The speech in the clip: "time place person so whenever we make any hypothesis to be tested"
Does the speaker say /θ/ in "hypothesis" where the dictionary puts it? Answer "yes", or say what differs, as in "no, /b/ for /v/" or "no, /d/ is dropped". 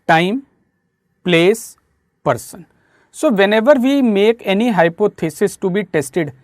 no, /t/ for /θ/